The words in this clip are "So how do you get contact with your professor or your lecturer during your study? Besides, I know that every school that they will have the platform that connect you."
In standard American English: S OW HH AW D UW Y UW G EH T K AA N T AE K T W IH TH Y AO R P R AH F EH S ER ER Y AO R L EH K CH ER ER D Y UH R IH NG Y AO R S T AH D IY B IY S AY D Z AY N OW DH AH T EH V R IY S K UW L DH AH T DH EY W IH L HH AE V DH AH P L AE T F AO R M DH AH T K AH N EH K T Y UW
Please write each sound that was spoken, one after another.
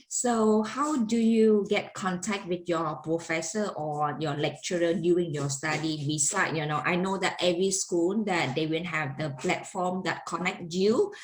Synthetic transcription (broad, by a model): S OW HH AW D UW Y UW G EH T K AA N T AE K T W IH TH Y AO P R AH F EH S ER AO Y AO L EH K CH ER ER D Y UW IH NG Y AO S T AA D IY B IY S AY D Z AY N OW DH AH T EH V R IY S K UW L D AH T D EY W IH N HH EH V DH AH P L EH T F AO M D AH T K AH N EH K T Y UW